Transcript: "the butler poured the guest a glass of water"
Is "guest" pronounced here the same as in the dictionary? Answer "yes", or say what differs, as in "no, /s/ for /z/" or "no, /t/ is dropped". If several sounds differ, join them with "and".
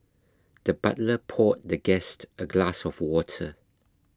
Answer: yes